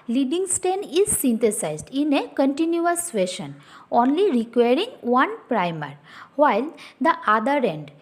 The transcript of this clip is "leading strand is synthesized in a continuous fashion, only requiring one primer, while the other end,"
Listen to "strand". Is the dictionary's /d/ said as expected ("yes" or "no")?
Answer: no